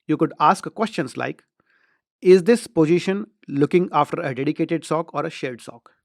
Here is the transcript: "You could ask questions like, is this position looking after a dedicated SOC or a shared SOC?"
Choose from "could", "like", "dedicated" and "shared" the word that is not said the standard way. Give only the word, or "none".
shared